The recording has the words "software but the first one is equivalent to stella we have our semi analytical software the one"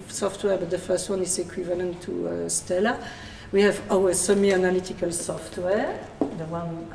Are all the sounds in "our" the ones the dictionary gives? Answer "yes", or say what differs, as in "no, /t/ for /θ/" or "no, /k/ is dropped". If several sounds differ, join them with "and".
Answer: no, /w/ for /ɹ/